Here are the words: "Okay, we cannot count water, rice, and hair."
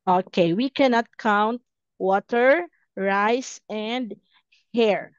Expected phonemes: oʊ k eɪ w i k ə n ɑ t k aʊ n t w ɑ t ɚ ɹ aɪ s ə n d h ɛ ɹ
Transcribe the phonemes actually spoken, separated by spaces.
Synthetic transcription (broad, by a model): oʊ k eɪ w i k ə n ɑ t k aʊ n t w ɑ t ɚ ɹ aɪ s ə n d h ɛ ɹ